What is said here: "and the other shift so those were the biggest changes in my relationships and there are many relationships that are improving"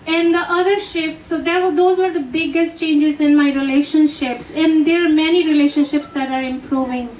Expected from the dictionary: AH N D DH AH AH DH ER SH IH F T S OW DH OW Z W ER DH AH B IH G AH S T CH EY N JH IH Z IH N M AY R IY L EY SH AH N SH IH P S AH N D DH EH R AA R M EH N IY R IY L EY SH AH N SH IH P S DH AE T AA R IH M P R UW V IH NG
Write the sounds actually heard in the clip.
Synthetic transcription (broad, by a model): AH N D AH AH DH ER SH IH F T S OW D OW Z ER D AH B IH G AH S T CH EY N JH IH Z IH N M AY R IY L EY SH AH N SH IH P S AH N D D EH R AA R M EH N IY R IY L EY SH AH N SH IH P S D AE T AA R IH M P R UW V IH NG